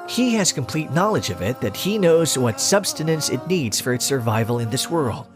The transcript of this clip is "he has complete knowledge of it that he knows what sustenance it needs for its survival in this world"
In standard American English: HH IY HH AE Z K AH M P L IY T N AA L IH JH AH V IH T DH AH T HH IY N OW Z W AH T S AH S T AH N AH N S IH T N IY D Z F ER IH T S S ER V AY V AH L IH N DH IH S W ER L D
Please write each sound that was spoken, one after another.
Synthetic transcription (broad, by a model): HH IY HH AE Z K AH M P L IY T N AA L IH JH AH V IH T DH AH T HH IY N OW Z W AH T S AH S T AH N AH N S IH T N IY D Z F ER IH T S S ER V AY V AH L IH N DH IH S W ER L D